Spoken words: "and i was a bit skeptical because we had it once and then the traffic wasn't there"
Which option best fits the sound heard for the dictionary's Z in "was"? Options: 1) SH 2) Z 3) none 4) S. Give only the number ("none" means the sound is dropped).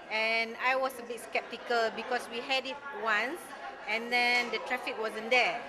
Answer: 4